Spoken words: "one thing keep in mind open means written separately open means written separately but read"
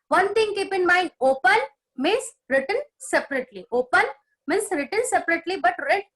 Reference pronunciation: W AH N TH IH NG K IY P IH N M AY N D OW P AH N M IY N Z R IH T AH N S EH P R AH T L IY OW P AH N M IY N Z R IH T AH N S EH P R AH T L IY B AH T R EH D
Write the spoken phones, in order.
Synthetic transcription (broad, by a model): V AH N T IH NG K IY P IH N M AY N D OW P AH N M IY N S R IH T AH N S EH P R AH T L IY OW P AH N M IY N S R IH T AH N S EH P R AH T L IY B AH T R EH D